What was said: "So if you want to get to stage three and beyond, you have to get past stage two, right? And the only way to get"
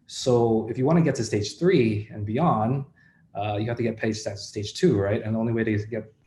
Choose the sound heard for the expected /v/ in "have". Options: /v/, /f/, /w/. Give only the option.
/f/